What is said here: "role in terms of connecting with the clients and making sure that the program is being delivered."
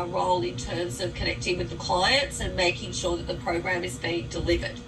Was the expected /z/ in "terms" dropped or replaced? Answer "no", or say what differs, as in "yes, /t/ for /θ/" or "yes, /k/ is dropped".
no